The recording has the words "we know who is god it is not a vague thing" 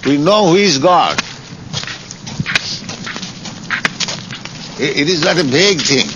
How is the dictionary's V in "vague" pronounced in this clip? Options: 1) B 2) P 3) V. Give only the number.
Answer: 1